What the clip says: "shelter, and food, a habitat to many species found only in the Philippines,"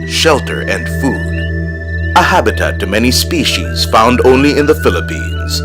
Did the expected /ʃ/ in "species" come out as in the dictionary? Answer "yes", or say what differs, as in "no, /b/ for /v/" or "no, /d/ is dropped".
yes